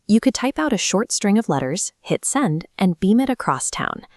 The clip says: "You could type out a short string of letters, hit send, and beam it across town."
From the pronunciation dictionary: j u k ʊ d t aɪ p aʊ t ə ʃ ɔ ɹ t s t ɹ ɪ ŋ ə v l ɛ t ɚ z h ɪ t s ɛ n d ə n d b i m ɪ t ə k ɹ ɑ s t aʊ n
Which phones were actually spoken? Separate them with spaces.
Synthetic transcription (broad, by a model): j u k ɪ d t aɪ p aʊ t ə ʃ ɔ ɹ t s t ɹ ɪ ŋ ə v l ɛ t ɚ z h ɪ t s ɛ n d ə n b i m ɪ t ə k ɹ ɑ s t aʊ n